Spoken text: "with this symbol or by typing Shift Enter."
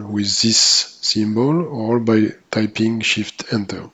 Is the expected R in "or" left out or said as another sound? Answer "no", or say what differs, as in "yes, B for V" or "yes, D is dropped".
yes, L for R